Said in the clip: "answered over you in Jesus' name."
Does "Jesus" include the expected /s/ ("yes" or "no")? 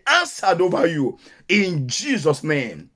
yes